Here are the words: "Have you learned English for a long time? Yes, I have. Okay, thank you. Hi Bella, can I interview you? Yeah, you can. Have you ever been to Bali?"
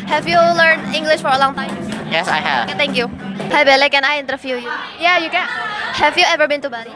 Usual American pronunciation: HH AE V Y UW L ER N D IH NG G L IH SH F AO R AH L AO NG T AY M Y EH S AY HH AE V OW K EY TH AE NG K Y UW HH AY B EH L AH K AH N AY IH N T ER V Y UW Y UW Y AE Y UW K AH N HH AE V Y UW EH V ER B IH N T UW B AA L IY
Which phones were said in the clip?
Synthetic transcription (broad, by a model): HH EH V Y UW L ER N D IH NG G L IH SH F AO R AH L AO NG T AY M Y EH S AY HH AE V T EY NG K Y UW HH AY B EH L AH K AH N AY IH N T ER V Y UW Y UW Y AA Y UW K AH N HH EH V Y UW EH V ER B IH N T UW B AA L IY